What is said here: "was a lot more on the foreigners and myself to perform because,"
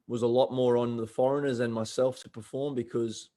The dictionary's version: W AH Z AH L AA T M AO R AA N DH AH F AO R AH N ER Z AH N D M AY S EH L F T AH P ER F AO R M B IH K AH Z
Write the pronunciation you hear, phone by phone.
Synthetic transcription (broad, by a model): W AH Z AH L AA T M AO R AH N DH AH F AO R AH N ER Z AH N M AY S EH L F T AH P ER F AO R M B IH K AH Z